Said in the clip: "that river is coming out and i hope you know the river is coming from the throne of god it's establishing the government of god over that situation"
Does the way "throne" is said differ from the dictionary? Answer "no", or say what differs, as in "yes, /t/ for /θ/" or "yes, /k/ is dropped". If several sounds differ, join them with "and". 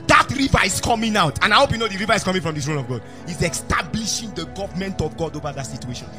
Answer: yes, /s/ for /θ/